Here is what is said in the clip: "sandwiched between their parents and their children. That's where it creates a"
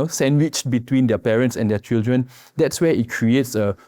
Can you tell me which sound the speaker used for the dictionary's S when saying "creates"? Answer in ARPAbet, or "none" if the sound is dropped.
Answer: S